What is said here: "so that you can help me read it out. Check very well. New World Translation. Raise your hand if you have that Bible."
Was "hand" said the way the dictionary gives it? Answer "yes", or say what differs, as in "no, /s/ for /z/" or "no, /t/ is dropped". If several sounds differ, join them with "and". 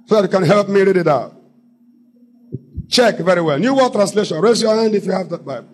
yes